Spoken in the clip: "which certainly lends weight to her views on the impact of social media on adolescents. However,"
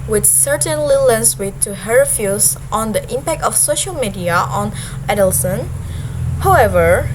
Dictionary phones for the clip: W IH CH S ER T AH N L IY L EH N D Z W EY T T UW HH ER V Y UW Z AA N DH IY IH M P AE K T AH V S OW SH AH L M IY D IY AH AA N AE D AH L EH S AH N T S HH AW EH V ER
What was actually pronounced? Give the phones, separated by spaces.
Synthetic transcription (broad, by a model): W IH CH S ER T AH N L IY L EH N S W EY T T UW HH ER F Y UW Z AA N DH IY IH M P AE K T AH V S OW SH AH L M IY D IY AH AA N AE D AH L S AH N HH AW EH V ER